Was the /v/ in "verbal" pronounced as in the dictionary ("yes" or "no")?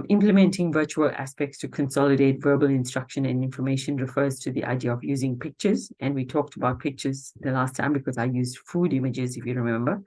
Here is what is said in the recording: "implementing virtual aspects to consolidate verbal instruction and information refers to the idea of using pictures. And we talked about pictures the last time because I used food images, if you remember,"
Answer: yes